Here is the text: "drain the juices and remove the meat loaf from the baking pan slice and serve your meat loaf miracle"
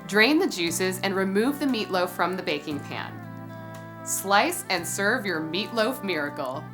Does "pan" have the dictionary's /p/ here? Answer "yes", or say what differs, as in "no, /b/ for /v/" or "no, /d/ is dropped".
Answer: yes